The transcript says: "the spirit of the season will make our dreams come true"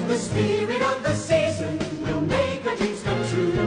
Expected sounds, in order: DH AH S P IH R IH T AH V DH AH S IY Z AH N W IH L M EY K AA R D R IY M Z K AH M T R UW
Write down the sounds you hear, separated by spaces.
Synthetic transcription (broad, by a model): DH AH S P IH R IH T AH V DH AH S IY Z AH N W IH L M EY K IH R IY Z K AH M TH R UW